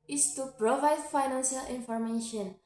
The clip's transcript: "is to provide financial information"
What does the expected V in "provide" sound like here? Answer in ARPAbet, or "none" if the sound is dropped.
V